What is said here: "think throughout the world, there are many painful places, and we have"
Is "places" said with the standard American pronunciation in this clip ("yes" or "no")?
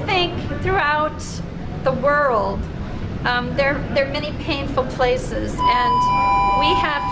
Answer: yes